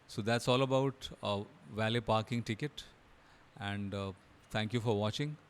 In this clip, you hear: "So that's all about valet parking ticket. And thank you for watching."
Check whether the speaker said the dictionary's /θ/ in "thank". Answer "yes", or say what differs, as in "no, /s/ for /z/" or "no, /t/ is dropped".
no, /t/ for /θ/